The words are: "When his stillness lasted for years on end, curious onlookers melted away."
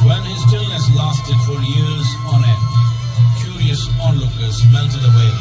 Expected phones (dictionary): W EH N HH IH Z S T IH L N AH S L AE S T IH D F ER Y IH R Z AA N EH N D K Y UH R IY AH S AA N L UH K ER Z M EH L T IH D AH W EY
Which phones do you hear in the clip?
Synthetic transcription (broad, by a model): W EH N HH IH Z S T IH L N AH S L AE S T IH D F ER Y IH R Z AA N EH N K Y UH R IY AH S AA N L UH K ER Z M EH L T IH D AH W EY